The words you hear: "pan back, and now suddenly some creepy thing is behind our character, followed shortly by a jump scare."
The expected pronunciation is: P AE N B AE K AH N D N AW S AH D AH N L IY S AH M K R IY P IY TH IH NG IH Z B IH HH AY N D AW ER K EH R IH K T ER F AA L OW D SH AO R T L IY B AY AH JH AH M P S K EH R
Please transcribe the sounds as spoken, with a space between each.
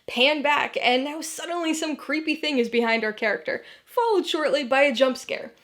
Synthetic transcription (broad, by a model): P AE N B AE K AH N N AW S AH D N L IY S AH M K R IY P IY TH IH NG IH Z B IH HH AY N D AW ER K EH R IH K T ER F AA L OW D SH AO R T L IY B AY AH JH AH M P S K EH R